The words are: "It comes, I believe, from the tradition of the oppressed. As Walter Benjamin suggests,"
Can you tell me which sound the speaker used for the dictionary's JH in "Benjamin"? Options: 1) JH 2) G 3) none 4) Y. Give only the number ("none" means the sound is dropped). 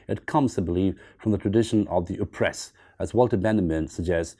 3